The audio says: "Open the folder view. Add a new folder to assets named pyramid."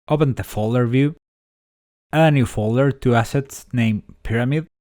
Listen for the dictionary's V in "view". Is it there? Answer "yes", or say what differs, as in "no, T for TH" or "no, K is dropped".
yes